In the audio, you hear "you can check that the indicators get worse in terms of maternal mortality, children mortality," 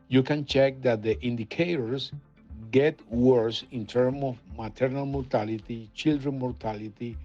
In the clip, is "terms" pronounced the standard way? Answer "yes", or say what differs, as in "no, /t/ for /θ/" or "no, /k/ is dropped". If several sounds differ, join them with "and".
no, /z/ is dropped